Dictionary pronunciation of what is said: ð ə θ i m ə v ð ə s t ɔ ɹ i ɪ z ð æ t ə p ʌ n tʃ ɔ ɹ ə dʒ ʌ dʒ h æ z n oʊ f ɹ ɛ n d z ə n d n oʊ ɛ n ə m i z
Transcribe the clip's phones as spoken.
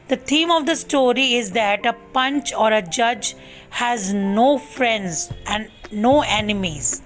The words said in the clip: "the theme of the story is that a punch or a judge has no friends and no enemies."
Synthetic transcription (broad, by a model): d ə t i m ə v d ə s t ɔ ɹ i ɪ z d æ t ə p ʌ n tʃ ɔ ɹ ə dʒ ʌ dʒ h æ z n oʊ f ɹ ɛ n d z ə n d n oʊ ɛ n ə m i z